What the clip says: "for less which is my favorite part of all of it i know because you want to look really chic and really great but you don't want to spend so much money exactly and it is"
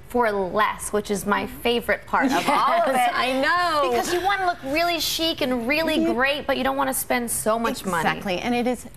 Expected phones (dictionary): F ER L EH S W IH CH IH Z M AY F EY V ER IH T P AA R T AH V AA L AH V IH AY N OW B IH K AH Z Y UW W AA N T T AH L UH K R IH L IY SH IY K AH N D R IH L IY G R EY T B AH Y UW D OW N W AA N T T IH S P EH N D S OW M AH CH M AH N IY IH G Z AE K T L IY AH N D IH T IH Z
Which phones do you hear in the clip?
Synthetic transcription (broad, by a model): F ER L EH S W IH CH IH Z M AY F EY V ER IH T P AA R T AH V AA L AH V IH AY N OW B IH K AH Z Y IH W AA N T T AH L UH K R IH L IY SH IY K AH N R IH L IY G R EY T B AH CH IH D OW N W AA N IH S P EH N D S OW M AH CH M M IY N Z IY T L IY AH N IH T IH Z